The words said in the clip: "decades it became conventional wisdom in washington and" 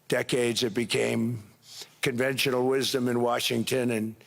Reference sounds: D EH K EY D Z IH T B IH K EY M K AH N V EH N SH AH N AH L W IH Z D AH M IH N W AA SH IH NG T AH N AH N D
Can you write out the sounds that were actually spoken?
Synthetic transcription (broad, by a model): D EH K EY D Z IH T B IH K EY M K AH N V EH N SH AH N L W IH Z D AH M IH N W AA SH IH NG T AH N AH N